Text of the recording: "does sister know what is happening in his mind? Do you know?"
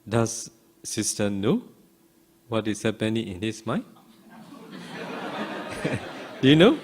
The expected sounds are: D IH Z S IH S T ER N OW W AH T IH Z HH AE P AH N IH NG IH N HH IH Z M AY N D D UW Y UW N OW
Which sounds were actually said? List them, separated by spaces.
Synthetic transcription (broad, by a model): D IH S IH S T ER N OW W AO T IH S HH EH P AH N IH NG IH N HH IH S M AY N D D UW Y UW N OW